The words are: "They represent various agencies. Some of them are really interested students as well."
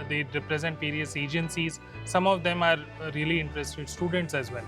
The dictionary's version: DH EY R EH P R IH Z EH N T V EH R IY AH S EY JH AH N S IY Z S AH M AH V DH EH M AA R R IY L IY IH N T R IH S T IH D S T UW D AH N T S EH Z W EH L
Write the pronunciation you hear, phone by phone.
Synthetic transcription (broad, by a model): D EY R EH P R IH Z EH N T P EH R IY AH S EY JH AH N S IY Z S AH M AH V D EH M AA R R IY L IY IH N T R IH S T IH D S T UW D AH N T S EH Z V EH L